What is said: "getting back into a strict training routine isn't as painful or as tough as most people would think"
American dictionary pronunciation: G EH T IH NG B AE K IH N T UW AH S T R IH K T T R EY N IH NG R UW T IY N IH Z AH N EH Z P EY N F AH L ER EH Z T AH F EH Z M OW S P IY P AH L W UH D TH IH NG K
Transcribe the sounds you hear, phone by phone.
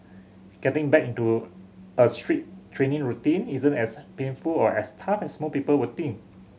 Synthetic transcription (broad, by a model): G EH T IH NG B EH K IH N T UW AH S T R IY T T R EY N IH NG R UW T IY N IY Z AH N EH S P EY N F AH L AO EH S T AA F EH S M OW P IY P AH L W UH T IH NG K